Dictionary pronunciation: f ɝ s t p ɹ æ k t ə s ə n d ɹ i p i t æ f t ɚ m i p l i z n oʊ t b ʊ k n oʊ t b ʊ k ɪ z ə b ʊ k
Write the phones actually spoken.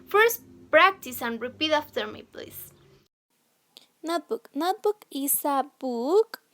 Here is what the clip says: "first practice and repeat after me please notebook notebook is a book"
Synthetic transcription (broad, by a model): f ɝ s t p ɹ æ k t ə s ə n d ɹ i p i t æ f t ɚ m i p l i s n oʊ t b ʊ k n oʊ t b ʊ k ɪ s ə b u k